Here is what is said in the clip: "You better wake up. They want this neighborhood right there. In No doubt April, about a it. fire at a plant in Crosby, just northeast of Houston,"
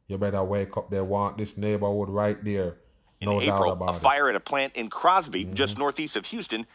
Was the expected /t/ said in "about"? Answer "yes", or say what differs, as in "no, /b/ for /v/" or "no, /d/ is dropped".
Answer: no, /t/ is dropped